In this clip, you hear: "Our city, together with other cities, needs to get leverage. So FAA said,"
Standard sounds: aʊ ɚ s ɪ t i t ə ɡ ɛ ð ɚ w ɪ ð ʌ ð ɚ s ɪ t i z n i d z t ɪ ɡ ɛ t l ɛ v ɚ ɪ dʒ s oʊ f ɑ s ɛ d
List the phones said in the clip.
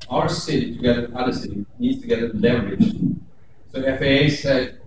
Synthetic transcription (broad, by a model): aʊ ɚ s ɪ t i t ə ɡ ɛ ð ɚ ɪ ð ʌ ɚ s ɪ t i n i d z t ɪ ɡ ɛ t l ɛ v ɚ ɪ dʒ s oʊ f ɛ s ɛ